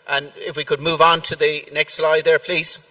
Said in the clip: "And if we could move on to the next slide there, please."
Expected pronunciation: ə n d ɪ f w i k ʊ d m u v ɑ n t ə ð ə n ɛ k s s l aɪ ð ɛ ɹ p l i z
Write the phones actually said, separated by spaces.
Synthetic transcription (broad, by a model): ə n ɪ f w i k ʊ d m u v n t ə ð ə n ɛ k s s l aɪ ð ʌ ɹ p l i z